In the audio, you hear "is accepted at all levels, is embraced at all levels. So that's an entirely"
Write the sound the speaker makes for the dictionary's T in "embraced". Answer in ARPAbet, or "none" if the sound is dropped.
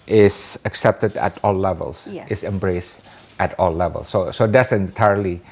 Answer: T